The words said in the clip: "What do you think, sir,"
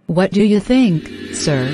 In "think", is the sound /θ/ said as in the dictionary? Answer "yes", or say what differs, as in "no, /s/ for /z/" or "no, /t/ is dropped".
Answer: yes